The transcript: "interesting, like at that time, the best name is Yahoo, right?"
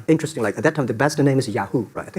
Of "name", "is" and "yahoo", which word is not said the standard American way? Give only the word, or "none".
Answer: none